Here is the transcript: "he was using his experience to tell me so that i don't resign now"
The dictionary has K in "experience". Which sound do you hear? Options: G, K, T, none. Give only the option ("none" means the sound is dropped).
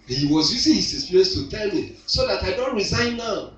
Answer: none